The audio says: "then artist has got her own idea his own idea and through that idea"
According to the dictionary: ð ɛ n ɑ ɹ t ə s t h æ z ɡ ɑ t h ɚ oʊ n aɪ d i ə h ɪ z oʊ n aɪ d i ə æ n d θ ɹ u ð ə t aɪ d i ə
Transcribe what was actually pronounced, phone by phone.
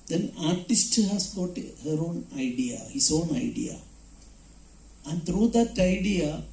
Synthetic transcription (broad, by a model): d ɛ n ɑ ɹ t ə s t h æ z ɡ ɑ t h ɚ oʊ n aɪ d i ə h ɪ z oʊ n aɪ d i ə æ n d t ɹ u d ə t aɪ d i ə